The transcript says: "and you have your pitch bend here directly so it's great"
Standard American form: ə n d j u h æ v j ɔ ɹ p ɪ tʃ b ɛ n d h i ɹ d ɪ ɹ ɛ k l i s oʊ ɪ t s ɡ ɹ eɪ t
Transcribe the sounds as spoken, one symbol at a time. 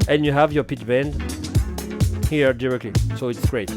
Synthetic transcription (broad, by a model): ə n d j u h æ v j ɔ ɹ p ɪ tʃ b ɛ n d h i ɹ d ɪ ɹ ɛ k l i s oʊ ɪ t s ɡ ɹ eɪ t